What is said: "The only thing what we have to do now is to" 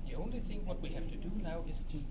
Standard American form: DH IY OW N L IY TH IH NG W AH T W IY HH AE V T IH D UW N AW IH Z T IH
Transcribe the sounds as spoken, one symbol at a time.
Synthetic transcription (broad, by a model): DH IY OW N L IY TH IH NG W AH T W IY HH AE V T IH D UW N AW IH Z T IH